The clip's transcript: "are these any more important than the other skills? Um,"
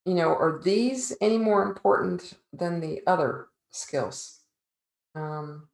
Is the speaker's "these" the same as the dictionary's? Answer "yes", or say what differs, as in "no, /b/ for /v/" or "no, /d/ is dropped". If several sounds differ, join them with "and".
yes